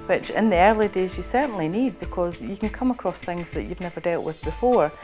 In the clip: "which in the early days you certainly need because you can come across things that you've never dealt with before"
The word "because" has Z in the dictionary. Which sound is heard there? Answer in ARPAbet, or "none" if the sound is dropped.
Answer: Z